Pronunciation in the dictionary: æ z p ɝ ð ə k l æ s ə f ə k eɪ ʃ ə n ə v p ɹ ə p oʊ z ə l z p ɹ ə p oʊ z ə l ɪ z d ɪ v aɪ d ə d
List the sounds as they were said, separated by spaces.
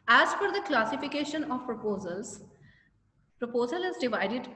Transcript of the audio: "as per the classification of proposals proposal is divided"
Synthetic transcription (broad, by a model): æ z f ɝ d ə k l æ s ə f ə k eɪ ʃ ə n ə v p ɹ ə p oʊ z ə l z p ɹ ə p oʊ z ə l ɪ z d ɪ v aɪ d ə d